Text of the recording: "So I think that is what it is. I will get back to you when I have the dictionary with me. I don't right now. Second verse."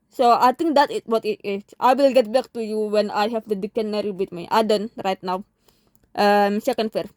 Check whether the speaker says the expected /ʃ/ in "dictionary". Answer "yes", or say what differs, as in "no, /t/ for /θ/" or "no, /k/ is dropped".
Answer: no, /ʃ/ is dropped